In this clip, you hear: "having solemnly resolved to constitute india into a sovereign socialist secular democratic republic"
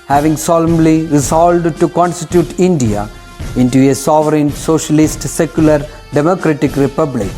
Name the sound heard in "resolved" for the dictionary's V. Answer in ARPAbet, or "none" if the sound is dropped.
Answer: none